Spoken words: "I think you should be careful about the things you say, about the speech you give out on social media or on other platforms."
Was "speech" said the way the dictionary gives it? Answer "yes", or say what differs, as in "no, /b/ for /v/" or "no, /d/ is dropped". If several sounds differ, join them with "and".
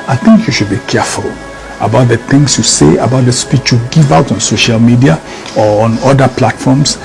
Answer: yes